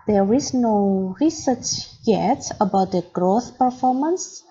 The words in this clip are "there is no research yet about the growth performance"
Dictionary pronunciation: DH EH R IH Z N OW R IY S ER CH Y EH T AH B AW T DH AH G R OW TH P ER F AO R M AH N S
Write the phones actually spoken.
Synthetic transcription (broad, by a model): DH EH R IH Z N OW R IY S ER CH Y EH T AH B AW T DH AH G R OW TH P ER F AO R M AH N S